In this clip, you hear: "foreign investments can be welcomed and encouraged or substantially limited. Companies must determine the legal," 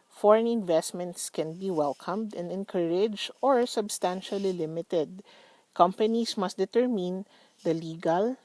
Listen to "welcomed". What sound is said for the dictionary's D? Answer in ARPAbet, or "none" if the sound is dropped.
D